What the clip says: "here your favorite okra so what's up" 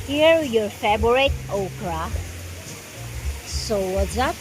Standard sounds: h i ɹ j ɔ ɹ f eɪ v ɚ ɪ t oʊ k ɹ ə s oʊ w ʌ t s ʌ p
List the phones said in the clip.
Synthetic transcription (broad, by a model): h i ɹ j ɔ ɹ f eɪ b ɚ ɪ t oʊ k ɹ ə s oʊ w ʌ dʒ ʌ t